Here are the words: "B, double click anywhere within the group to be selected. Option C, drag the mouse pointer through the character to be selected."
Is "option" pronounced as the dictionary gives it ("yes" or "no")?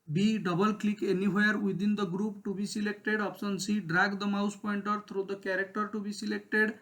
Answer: no